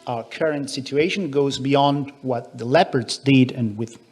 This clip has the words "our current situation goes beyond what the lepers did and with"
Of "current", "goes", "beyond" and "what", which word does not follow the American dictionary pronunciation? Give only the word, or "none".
none